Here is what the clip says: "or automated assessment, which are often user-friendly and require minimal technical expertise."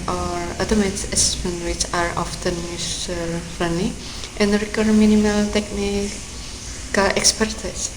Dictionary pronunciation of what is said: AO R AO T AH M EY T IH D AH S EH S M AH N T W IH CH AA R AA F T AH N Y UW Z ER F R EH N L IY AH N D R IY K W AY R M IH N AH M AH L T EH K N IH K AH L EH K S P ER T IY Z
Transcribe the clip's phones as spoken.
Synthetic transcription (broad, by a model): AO R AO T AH M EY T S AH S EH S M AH N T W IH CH AA R AA F T AH N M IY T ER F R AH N IY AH N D R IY K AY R M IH N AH M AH L T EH K N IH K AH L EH K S P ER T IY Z